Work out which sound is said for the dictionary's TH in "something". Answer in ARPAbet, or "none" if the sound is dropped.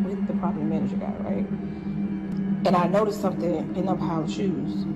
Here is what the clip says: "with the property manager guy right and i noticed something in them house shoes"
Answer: TH